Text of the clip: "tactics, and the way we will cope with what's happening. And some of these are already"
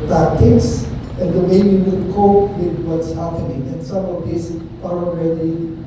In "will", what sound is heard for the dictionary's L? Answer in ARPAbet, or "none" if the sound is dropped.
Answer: N